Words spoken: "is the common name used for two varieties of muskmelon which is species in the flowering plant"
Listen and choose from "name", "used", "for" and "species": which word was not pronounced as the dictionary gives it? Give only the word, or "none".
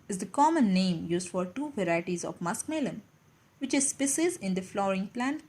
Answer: species